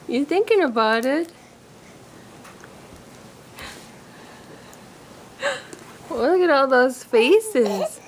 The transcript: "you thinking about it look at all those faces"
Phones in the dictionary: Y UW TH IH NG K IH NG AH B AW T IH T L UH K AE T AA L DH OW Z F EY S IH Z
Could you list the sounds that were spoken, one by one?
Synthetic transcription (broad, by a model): Y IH TH IH NG K IH NG AH B AW T IH T W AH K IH T AA L DH OW Z F EY S IH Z